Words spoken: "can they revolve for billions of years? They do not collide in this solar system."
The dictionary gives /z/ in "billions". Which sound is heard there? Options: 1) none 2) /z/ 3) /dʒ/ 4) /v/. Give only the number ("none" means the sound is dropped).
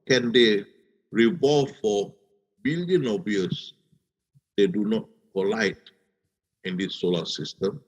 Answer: 1